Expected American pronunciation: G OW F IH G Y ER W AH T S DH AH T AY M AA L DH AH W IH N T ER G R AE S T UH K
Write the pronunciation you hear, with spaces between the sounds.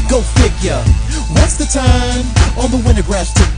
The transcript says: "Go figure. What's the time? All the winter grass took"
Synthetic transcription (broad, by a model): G OW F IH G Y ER W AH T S DH AH T AY M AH N DH AH W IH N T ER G R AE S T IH